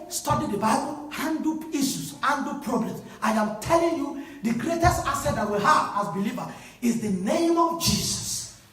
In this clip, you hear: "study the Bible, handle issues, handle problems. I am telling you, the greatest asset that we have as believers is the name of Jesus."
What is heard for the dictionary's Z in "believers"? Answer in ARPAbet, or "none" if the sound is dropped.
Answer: none